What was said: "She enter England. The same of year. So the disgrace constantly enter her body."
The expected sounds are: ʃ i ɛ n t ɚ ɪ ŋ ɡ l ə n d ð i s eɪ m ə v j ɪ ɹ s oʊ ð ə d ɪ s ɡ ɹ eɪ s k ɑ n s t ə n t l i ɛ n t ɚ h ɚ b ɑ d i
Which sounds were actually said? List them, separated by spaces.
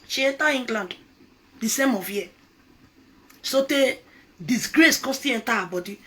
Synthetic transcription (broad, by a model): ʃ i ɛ n t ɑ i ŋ ɡ l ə n d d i s eɪ m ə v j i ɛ s oʊ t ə d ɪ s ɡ ɹ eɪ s k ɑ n s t t i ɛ n t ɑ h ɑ b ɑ d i